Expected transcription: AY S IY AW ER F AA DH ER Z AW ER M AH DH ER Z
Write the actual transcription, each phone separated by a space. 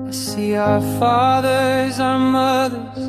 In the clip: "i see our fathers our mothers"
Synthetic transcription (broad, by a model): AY S IY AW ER F AA DH ER Z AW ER M AH DH ER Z